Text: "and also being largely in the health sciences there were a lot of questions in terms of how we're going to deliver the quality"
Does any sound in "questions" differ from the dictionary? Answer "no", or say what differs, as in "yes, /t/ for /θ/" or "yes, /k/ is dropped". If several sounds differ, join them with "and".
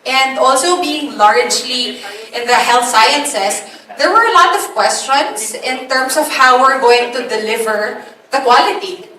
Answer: yes, /s/ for /z/